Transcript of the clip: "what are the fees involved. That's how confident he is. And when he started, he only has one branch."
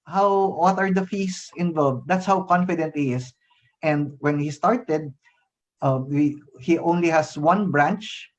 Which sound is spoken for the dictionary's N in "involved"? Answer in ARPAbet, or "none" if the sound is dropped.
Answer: N